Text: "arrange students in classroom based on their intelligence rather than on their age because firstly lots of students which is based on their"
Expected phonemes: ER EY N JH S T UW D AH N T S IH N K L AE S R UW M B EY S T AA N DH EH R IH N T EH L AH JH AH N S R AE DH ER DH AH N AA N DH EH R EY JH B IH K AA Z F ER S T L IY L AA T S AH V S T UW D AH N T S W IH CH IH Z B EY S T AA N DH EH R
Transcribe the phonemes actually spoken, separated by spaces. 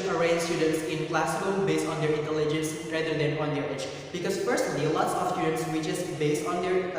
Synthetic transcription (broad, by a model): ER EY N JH S T UW D AH N T S IH N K L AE S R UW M B EY S T AA N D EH R IH N T EH L AH JH AH N S R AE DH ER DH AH N AA N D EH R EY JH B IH K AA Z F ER S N L IY L AA T S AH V S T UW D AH N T S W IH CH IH S B EY S T AA N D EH R